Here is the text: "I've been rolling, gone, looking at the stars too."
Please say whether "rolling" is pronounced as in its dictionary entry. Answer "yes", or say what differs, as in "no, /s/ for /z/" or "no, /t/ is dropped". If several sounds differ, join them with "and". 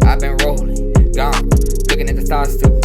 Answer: no, /l/ is dropped